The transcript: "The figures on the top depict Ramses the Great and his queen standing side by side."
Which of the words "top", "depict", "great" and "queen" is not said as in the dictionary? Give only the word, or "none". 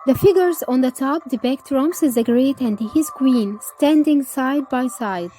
depict